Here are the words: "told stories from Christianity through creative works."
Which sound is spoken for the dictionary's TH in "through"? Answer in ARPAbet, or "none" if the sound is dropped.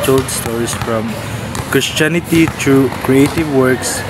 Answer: T